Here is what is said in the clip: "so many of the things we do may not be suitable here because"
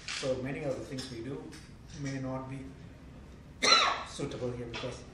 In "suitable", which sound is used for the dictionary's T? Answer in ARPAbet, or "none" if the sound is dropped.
T